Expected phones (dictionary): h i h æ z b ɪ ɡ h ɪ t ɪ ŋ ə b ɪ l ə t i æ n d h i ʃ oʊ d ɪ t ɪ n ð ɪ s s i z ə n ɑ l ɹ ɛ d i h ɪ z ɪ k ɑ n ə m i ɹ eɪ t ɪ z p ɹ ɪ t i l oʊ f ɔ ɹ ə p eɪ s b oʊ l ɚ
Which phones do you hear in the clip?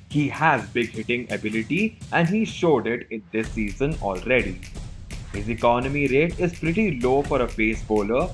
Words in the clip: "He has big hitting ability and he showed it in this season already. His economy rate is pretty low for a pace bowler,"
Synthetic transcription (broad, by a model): h i h æ z b ɪ ɡ h ɪ t ɪ ŋ ə b ɪ l ə t i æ n d h i ʃ oʊ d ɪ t ɪ n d ɪ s s i z ə n ɑ l ɹ ɛ d i h ɪ z ɪ k ɑ n ə m i ɹ eɪ t ɪ z p ɹ ɪ t i l oʊ f ɔ ɹ ə b eɪ s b oʊ l ɚ